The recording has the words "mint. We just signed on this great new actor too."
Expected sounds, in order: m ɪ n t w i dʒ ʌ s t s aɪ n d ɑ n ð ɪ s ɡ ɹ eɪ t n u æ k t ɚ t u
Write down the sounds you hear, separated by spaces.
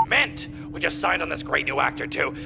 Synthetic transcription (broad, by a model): m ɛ n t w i dʒ ʌ s t s aɪ n d n ð ɪ s ɡ ɹ eɪ t n u æ k t ɚ t u